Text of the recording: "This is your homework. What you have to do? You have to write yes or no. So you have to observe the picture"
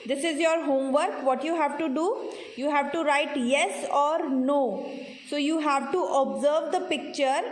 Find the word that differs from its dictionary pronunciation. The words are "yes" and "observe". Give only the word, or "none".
none